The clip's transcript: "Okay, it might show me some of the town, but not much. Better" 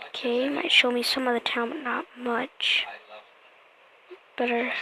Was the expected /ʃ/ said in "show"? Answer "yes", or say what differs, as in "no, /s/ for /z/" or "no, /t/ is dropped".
yes